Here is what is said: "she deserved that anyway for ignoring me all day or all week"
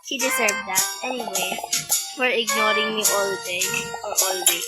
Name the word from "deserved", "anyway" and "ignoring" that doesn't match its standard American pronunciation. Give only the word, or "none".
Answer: deserved